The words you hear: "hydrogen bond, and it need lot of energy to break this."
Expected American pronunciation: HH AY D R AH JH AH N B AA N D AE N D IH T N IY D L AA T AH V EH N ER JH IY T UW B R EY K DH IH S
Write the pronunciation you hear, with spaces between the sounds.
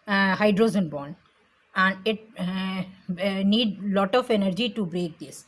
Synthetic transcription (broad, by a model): HH AY D R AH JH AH N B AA N AE N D IH T N IY D L AA T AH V EH N ER JH IY T UW B R EY K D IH S